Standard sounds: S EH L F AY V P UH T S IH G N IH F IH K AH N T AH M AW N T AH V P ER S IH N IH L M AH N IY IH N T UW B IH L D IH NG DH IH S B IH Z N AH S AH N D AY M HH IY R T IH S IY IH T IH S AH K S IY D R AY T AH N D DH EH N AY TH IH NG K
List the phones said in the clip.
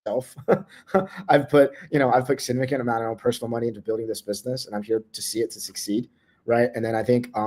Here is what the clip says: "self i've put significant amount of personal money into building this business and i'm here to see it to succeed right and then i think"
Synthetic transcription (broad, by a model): EH L F AY V P UH T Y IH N IH P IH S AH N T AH M AW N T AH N P ER S N L M AH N IY IH N T UW B IH L D IH NG DH IH S B IH Z N AH S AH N AY M HH IY R T IH S IY IH T IH S AH K S IY D R AY T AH N DH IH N AY TH IH NG K